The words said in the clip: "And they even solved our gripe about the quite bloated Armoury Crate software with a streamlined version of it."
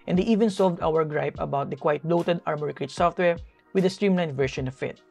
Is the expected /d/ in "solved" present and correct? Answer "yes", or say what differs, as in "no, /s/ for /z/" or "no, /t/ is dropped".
yes